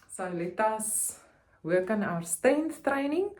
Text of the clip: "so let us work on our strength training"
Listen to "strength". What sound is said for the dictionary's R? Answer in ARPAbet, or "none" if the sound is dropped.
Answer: none